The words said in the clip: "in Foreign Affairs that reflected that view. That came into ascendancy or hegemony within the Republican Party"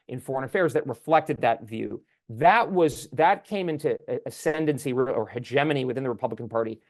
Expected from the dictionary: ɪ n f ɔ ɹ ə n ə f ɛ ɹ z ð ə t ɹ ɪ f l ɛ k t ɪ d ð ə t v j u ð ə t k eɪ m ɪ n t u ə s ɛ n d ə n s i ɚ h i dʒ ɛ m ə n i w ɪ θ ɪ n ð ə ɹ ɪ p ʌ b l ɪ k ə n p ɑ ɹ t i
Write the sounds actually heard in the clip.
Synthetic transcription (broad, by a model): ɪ n f ɔ ɹ ə n ə f ɛ ɹ z ð ə t ɹ ɪ f l ɛ k t ɪ d ð ə t v j u ð ə t k eɪ m ɪ n t u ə s ɛ n d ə n s i ɚ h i dʒ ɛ m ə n i w ɪ θ ɪ n ð ə ɹ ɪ p ʌ b l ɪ k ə n p ɑ ɹ t i